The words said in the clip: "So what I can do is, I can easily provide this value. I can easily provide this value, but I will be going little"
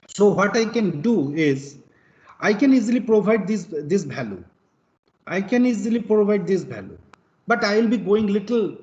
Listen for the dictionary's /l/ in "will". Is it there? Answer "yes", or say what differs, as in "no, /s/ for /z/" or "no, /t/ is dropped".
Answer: yes